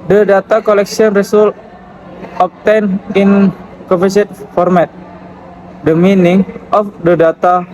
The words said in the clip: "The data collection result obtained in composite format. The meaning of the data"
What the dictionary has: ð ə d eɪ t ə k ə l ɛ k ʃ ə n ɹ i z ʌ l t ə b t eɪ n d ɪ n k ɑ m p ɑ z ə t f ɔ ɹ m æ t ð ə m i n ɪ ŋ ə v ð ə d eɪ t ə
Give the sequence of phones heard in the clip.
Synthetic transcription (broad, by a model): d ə d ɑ t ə k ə l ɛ k s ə n ɹ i s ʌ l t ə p t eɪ n ɪ n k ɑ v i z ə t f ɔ ɹ m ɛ t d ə m i n ɪ ŋ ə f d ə d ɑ t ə